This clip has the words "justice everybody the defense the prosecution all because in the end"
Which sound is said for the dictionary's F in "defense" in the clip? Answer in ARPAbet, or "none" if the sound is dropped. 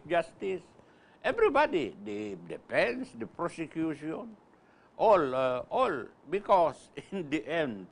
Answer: P